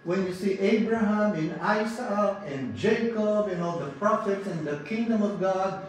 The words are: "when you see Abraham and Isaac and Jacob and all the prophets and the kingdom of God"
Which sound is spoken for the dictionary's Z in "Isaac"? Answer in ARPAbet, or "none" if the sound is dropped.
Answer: S